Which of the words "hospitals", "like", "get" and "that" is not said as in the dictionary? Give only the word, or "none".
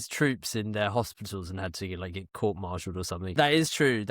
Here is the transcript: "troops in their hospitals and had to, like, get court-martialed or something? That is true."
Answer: none